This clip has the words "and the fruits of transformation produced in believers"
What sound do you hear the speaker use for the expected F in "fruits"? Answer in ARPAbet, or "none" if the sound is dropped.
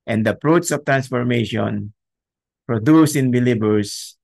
P